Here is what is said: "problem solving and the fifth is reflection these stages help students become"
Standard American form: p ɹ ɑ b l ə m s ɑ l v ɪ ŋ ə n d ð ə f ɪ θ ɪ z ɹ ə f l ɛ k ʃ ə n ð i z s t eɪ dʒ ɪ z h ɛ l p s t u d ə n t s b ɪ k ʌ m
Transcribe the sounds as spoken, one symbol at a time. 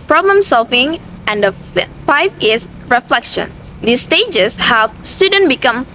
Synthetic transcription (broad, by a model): p ɹ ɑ b l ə m s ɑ l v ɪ ŋ ə n d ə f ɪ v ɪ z ɹ ə f l ɛ k ʃ ə n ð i s t eɪ dʒ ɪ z h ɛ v s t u d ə n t b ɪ k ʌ m